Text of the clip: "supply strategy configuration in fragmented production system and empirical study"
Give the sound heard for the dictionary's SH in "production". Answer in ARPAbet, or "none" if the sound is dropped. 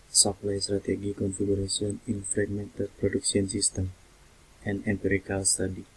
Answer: S